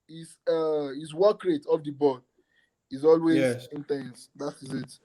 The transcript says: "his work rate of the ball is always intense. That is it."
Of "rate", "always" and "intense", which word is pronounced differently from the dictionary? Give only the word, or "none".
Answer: none